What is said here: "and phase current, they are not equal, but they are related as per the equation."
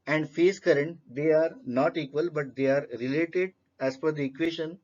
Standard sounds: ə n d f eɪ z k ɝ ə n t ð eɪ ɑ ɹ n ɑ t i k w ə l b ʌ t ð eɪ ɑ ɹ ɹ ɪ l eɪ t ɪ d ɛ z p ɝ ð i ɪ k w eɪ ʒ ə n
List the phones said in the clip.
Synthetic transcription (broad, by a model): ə n d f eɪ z k ɝ ə n t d eɪ ɑ ɹ n ɑ t i k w ə l b ʌ t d eɪ ɑ ɹ ɹ ɪ l eɪ t ɪ d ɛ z f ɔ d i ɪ k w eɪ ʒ ə n